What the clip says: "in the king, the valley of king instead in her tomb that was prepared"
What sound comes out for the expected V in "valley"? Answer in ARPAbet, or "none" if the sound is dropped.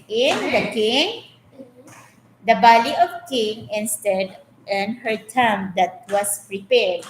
B